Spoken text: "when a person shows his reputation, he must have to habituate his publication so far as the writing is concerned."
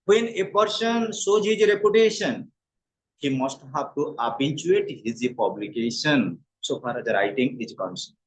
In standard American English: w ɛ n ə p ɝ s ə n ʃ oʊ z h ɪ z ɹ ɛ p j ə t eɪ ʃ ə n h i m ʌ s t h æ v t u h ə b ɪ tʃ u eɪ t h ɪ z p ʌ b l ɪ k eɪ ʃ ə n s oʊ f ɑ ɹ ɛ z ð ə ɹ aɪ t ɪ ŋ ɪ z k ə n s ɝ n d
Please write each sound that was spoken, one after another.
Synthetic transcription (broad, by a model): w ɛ n ə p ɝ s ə n s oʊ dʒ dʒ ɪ ɹ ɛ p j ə t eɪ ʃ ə n h i m ʌ s t h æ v t u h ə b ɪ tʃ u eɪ t h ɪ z p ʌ b l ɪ k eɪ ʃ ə n s oʊ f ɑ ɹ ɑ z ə ɹ aɪ t ɪ ŋ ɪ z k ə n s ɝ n